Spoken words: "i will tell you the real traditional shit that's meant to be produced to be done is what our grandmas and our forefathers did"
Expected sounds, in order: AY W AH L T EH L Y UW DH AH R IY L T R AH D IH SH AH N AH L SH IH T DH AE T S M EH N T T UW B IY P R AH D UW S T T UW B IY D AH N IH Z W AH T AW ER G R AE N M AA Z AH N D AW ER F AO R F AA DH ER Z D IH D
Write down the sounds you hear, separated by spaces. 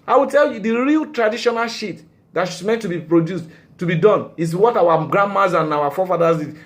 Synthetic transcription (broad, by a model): AY W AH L T EH L Y UW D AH R IY L T R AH D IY SH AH N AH L SH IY T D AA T SH M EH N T T UW B IY P R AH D UW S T T UW B IY D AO N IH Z W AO T AW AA G R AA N M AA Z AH N AW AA F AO F AA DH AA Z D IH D